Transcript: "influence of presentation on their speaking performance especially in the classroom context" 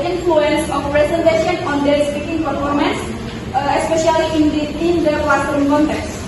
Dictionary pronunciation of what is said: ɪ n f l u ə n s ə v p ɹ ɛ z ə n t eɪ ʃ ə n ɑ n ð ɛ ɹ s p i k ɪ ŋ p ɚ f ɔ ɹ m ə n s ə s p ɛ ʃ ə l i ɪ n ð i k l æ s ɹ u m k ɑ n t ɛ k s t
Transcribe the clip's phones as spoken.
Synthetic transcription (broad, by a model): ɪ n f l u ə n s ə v p ɹ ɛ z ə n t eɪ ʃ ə n ɑ n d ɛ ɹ s p i k ɪ ŋ p ɚ f ɔ ɹ m ə n s ə s p ɛ ʃ ə l i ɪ n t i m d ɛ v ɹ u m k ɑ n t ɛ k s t